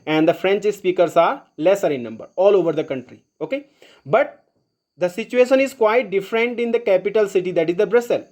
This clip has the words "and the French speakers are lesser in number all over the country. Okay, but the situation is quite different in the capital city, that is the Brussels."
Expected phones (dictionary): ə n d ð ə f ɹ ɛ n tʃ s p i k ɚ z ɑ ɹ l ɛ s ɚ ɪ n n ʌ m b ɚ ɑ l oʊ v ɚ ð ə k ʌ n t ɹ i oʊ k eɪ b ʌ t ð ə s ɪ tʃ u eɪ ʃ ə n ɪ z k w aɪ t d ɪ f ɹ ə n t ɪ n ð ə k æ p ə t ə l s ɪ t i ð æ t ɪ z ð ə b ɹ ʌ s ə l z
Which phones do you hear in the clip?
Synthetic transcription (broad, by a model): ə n d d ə f ɹ ɛ n tʃ s p i k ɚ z ɑ ɹ l ɛ s ɚ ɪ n n ʌ m b ɚ ɑ l oʊ v ɚ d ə k ʌ n t ɹ i oʊ k eɪ b ʌ t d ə s ɪ tʃ u eɪ ʃ ə n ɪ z k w aɪ t d ɪ f ɹ ə n t ɪ n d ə k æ p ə t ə l s ɪ t i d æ t ɪ z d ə b ɹ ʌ s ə l